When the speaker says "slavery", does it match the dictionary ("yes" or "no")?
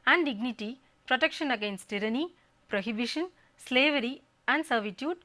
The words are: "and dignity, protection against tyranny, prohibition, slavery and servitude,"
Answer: yes